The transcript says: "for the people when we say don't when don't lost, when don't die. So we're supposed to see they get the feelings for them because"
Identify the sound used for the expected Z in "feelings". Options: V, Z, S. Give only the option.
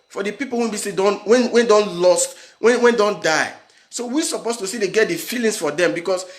S